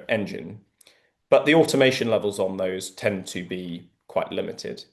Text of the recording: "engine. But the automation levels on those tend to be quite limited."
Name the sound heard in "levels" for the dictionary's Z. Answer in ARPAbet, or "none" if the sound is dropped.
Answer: Z